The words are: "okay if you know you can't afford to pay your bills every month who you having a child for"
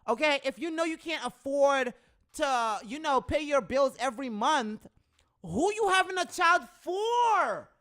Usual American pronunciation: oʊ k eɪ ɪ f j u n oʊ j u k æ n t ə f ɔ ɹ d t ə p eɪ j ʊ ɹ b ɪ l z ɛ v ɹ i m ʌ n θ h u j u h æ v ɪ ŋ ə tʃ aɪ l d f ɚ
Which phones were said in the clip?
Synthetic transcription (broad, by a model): oʊ k eɪ ɪ f j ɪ n oʊ j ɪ k æ n t ə f ɔ ɹ d t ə p eɪ j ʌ ɹ b ɪ l z ɛ v ɹ i m ʌ n θ h u j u h æ v ɪ ŋ ə tʃ aɪ l d f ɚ